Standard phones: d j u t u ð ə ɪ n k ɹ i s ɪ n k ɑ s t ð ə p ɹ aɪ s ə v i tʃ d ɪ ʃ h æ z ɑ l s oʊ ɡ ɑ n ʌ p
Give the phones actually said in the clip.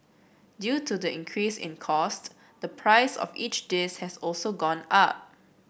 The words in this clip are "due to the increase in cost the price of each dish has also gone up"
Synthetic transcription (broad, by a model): d j u t u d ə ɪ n k ɹ i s ɪ n k ɑ s t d ə p ɹ aɪ s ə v i tʃ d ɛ s h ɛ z ɑ l s oʊ ɡ ɑ n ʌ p